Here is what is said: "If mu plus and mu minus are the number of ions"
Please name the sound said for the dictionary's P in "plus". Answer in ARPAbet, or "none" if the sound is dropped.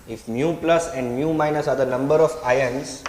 P